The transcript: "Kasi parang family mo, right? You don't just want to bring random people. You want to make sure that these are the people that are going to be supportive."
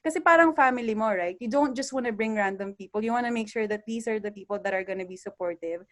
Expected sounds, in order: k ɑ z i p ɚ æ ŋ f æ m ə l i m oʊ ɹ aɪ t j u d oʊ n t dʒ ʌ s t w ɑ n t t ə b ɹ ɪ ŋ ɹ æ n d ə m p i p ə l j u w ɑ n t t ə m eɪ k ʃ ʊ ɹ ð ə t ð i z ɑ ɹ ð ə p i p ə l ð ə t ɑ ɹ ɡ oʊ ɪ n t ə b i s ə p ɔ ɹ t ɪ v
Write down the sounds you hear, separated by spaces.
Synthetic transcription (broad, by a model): k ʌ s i p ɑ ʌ ŋ f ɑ m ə l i m oʊ ɹ aɪ t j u d oʊ n t dʒ ʌ s t w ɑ n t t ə b ɹ ɪ ŋ ɹ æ n d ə m p i p ə l j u w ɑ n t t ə m eɪ k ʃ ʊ ɹ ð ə t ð i s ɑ ɹ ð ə p i p ə l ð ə t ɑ ɹ ɡ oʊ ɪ n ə b i s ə p ɔ ɹ t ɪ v